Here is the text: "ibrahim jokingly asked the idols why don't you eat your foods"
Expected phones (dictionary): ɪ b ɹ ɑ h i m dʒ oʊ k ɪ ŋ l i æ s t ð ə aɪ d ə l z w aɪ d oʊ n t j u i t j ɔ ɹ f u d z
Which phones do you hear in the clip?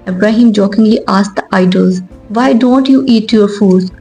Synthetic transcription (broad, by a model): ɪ b ɹ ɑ h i m dʒ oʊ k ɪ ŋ l i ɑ s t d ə aɪ d ə l z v aɪ d oʊ n t j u i t j ɔ ɹ f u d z